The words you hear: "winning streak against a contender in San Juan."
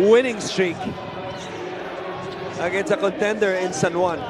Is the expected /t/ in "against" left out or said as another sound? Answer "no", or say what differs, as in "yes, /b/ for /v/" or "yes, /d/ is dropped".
yes, /t/ is dropped